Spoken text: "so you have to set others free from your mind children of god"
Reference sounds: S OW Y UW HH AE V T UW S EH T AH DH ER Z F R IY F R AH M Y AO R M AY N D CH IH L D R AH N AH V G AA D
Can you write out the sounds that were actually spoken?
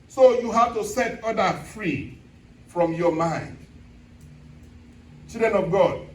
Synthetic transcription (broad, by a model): S OW Y UW HH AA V T UW S EH T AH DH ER F R IY F R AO M Y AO M AY N D CH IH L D R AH N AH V G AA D